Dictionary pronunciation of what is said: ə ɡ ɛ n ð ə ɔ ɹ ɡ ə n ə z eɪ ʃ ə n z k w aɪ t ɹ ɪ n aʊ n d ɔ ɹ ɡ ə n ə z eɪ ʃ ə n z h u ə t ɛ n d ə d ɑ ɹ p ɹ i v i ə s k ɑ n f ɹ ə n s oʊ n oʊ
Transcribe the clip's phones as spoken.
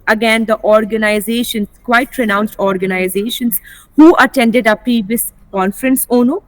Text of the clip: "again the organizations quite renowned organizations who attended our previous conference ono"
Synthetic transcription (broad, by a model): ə ɡ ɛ n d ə ɔ ɹ ɡ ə n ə z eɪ ʃ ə n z k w aɪ t ɹ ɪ n aʊ n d ɔ ɹ ɡ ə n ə z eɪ ʃ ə n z h u ə t ɛ n d ə d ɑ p i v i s k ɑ n f ɹ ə n s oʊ n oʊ